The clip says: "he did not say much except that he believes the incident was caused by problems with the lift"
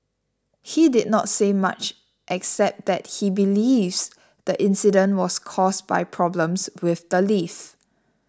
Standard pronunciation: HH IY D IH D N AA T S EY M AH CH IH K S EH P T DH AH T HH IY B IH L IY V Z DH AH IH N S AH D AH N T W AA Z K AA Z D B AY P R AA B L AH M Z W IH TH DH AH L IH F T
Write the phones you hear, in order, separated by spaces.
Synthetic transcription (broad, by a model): HH IY D IH D N AA T S EY M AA CH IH K S EH P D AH T HH IY B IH L IY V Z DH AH IH N S AH D AH N T W AA S K AA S B AY P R AA B L AH M S W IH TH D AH L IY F